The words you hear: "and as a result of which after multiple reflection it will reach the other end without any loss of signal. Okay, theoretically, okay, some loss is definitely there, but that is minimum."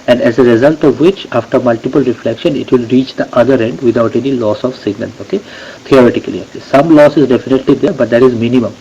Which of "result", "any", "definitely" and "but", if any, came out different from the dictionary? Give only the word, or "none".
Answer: none